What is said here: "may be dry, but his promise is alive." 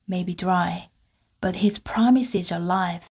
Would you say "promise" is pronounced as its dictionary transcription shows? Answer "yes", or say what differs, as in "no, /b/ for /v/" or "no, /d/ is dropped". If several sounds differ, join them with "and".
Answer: yes